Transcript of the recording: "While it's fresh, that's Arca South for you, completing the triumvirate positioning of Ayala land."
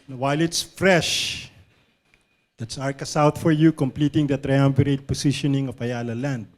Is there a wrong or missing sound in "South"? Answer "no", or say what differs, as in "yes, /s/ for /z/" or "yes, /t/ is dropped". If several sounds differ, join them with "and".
yes, /t/ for /θ/